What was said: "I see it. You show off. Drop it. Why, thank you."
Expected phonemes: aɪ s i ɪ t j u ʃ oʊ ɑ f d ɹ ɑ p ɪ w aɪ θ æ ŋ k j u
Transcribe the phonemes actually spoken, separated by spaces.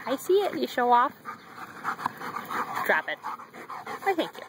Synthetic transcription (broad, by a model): aɪ s i ɪ t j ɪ ʃ oʊ ɑ f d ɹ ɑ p ɪ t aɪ θ æ ŋ k j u